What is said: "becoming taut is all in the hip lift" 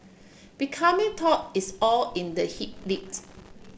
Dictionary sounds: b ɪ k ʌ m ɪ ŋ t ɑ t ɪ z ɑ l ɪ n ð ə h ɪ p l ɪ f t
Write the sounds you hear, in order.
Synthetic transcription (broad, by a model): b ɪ k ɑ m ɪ t ɑ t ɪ s ɑ l ɪ n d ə h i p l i t